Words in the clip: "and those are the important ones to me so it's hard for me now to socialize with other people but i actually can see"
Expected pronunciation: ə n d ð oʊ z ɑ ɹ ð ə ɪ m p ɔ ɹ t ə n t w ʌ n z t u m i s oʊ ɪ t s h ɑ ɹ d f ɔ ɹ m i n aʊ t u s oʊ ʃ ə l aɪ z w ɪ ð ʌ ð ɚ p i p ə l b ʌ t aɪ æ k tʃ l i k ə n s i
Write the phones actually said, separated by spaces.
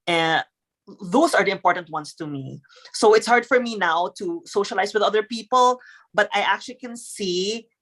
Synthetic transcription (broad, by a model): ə n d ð oʊ s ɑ ɹ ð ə ɪ m p ɔ ɹ t ə n t w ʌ n s t u m i s oʊ ɪ t s h ɑ ɹ d f ɔ ɹ m i n aʊ t u s oʊ ʃ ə l aɪ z w ɪ ð ʌ ð ɚ p i p ə l b ʌ t aɪ æ k tʃ l i k ə n s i